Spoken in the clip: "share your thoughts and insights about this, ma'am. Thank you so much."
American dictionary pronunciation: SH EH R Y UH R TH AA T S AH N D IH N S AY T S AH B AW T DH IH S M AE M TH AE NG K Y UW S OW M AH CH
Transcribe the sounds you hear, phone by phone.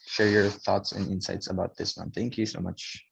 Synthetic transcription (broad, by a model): SH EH R Y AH R TH AA T S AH N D IH N S AY T S AH B AW T DH IH S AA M TH AE NG K Y UW S OW M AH CH